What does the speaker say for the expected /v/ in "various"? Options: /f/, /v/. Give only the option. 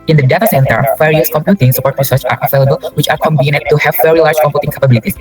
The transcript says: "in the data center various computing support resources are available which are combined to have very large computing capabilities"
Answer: /f/